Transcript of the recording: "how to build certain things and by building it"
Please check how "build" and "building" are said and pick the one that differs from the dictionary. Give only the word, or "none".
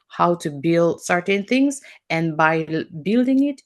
none